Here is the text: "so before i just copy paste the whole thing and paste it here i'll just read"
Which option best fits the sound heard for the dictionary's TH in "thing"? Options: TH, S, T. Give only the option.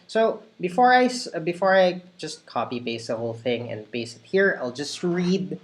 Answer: TH